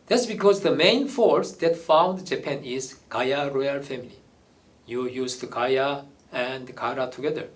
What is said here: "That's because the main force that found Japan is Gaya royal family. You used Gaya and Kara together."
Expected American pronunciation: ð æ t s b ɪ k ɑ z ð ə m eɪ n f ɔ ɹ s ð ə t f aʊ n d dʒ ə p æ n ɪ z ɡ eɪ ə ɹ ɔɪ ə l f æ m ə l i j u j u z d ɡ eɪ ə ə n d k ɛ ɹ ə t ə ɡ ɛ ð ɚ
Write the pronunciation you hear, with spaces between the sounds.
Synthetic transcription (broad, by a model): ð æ t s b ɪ k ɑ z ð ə m eɪ n f ɔ ɹ s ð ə t f aʊ n d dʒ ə p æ n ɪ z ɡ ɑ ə ɹ ɔɪ ə l f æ m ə l i j u j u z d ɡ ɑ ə ə n d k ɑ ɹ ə t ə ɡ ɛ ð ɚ